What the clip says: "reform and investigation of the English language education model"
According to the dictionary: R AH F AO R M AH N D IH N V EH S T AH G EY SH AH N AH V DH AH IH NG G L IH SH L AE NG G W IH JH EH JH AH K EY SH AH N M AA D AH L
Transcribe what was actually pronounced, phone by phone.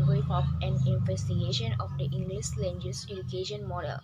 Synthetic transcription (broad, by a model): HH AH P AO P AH N IH N V EH S T AH G EY SH AH N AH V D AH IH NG G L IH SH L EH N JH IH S EH JH AH K EY SH AH N M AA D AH L